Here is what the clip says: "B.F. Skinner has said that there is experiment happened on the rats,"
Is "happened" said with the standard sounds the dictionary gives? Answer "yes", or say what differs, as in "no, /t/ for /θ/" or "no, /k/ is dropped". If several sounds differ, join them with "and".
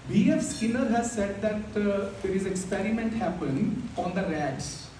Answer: no, /d/ is dropped